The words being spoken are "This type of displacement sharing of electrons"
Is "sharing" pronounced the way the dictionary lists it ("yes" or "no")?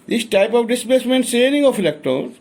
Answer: no